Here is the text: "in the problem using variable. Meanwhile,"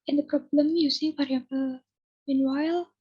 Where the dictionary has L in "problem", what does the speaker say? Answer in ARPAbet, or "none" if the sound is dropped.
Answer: L